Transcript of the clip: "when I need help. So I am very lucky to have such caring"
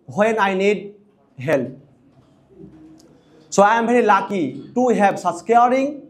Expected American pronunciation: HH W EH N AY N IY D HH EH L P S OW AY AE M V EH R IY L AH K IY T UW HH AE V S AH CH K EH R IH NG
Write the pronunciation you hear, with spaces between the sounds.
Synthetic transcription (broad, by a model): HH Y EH N AY N IY D HH EH L P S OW AY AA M B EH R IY L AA K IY T UW HH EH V S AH S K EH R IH NG